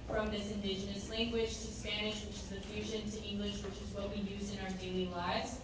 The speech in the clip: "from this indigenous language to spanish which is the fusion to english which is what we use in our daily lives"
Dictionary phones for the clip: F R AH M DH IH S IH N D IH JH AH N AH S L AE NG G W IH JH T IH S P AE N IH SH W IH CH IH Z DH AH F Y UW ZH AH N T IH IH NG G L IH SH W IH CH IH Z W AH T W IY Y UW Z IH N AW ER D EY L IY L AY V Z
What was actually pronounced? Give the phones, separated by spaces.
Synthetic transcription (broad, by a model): F R AH M DH IH S IH N D IH JH AH N AH S L AE NG G W IH JH T IH S P AE N IH SH W IH CH IH Z DH AH F Y UW ZH AH N T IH IH NG G L IH SH W IH CH IH Z W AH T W IY Y UW Z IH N AW ER D EY L IY L AY V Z